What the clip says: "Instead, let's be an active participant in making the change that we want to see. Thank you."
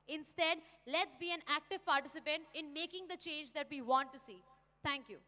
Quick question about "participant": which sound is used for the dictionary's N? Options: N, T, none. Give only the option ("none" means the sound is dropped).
N